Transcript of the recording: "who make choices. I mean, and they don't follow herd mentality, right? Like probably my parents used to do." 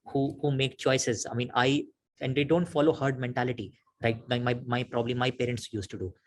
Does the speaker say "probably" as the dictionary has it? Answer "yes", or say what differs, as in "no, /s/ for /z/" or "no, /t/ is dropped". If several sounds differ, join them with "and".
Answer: yes